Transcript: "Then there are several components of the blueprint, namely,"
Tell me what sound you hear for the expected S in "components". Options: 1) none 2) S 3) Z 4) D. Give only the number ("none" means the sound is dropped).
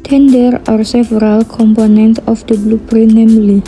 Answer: 1